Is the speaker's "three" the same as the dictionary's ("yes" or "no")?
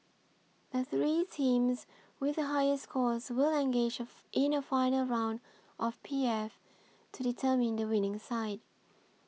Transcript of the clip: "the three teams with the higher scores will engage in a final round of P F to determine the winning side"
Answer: yes